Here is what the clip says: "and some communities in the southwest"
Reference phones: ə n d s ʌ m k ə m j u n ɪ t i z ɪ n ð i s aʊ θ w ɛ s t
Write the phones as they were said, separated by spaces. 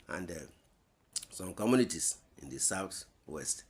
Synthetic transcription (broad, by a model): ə n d s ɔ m k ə m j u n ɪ t i s ɪ n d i s aʊ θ w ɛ s t